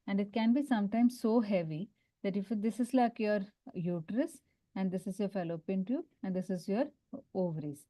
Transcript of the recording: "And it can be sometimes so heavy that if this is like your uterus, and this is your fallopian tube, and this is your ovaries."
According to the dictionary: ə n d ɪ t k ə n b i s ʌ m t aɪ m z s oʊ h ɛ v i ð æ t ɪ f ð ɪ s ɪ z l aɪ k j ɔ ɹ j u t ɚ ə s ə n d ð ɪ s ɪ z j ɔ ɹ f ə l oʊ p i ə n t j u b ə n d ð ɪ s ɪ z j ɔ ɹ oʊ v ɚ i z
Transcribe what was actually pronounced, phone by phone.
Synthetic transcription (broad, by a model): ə n d ɪ t k ə n b i s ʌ m t aɪ m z s oʊ h ɛ v i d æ t ɪ f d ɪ s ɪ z l aɪ k j ɔ ɹ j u t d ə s ə n d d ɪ s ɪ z j ɔ ɹ f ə l oʊ p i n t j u ə n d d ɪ s ɪ z j ɔ ɹ oʊ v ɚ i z